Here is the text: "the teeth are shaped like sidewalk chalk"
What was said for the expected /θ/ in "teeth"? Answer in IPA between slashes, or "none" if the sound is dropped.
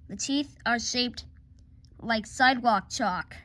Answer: /θ/